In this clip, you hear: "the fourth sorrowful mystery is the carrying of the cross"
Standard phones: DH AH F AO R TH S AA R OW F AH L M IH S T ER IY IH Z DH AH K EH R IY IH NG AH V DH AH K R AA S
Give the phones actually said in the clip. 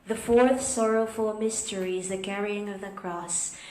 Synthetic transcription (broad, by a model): DH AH F AO R TH S AA R OW F AH L M IH S T ER IY IH Z DH AH K EH R IY IH NG AH V DH AH K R AA S